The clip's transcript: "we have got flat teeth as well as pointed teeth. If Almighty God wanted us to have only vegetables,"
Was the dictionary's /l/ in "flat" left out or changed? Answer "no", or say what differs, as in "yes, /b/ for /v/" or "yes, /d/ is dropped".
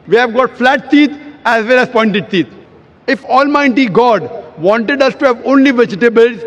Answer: no